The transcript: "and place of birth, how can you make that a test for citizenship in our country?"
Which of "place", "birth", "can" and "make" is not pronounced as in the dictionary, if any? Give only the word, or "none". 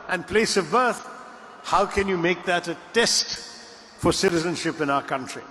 none